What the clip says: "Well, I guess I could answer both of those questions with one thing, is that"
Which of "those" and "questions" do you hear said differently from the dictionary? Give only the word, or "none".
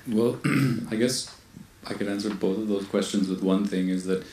none